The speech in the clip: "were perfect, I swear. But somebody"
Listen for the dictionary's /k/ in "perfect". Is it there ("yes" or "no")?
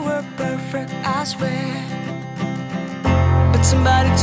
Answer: yes